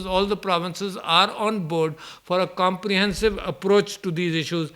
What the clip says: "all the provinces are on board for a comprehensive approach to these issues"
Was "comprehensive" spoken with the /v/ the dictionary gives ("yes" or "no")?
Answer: yes